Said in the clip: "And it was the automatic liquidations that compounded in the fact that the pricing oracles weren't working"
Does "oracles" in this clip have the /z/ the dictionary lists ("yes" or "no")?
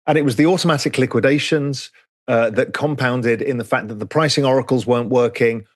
yes